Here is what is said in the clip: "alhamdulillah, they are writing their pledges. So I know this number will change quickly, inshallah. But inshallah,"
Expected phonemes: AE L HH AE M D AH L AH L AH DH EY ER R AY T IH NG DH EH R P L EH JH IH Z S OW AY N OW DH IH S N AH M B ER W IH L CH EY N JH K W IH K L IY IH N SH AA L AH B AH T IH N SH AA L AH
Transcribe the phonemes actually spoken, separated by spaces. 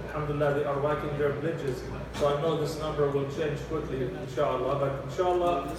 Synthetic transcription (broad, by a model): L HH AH M D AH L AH L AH DH EY ER W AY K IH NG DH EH R B L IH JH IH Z S OW AY N OW DH IH S N AH M B ER W IH L CH EY N JH K W IH K L IY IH N SH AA L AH B AH T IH N SH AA L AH